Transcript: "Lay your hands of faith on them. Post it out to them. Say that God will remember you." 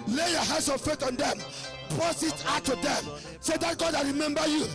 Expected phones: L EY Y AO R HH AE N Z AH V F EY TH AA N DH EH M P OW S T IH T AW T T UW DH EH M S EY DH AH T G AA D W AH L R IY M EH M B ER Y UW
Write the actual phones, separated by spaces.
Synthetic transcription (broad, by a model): L EY Y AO HH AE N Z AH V F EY T AA N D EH M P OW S IH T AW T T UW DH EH M S EY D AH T G AA D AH R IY M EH M B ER Y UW